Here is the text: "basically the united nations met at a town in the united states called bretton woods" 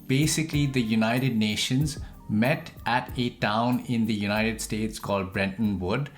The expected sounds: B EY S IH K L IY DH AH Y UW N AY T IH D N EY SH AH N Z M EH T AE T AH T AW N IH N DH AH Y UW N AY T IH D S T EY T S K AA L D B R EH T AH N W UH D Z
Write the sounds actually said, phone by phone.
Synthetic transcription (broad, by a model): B EY S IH K L IY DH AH Y UW N AY T IH D N EY SH AH N Z M EH T AE T AH T AW N IH N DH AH Y UW N AY T IH D S T EY T S K AA L D B R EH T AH N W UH D